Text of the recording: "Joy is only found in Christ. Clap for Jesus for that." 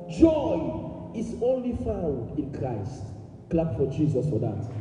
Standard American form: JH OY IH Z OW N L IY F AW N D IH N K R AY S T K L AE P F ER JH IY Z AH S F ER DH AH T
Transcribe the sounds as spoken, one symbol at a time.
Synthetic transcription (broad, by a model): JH OY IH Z OW N L IY F AW N D IH N K R AY S T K L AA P F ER JH IY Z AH S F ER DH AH T